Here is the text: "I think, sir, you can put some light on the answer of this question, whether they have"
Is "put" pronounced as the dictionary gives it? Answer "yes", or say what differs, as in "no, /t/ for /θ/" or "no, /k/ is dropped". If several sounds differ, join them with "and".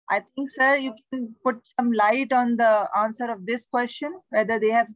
yes